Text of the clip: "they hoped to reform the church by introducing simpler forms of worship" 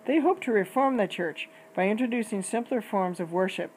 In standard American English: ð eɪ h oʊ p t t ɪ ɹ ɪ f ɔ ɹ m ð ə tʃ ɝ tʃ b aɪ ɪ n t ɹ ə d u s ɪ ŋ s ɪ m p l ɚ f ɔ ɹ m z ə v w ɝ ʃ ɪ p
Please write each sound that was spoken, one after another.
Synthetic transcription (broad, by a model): ð eɪ h oʊ p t t ɪ ɹ ɪ f ɔ ɹ m ð ə tʃ ɝ tʃ b aɪ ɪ n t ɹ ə d u s ɪ ŋ s ɪ m p l ɚ f ɔ ɹ m z ə v w ɝ ʃ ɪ p